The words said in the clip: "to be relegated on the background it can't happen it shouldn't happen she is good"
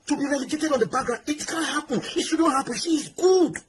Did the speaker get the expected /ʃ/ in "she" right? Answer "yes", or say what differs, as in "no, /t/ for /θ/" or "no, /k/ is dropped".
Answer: no, /s/ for /ʃ/